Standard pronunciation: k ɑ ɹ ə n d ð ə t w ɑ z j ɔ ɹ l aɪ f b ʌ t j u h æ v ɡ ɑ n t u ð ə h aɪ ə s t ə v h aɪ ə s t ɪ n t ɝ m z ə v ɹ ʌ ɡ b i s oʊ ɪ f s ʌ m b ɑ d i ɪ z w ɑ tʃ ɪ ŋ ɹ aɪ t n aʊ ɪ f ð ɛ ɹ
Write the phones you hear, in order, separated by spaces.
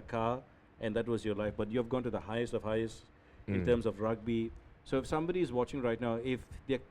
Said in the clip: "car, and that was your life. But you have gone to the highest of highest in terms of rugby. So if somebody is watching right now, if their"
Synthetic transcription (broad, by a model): k ɑ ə n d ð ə t w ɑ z j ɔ l aɪ f b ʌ t j u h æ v ɡ ɑ n t u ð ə h aɪ ə s t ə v h aɪ ə s t ɪ n t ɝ m s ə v ɹ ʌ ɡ b i s oʊ ɪ f s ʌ m b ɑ d i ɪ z w ɑ tʃ ɪ ŋ ɹ aɪ t n aʊ ɪ f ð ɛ